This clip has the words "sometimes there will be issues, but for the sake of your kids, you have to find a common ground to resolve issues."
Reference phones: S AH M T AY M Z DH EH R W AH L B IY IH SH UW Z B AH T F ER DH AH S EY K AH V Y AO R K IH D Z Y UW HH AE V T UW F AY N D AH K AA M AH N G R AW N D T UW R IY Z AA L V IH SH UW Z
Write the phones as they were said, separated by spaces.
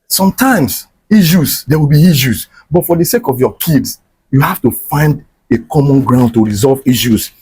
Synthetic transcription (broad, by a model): S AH M T AY M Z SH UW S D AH W B IY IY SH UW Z B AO T F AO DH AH S EY K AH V Y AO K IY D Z Y UW HH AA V T UW F AY N D AH K AA M AH N G R AW N D T UW R IY Z AA L V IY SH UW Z